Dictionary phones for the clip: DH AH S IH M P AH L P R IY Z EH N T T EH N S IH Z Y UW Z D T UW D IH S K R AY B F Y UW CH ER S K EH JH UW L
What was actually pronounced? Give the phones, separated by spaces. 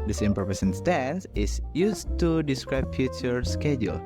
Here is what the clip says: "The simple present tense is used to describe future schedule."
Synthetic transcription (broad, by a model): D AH S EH M P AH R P IY S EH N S T EH N S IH S Y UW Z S T UW D IH S K R AY B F Y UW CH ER S K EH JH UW L